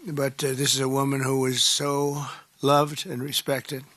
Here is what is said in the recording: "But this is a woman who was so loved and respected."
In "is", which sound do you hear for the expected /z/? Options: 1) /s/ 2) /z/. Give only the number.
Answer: 2